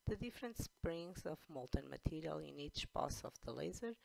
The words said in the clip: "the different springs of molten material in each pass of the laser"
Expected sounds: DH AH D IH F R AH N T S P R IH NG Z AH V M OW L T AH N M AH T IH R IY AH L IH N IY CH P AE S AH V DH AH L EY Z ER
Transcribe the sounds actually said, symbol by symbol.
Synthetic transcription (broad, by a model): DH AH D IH F R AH N T S P R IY NG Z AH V M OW L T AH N M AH T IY R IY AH L IH N IY CH B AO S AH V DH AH L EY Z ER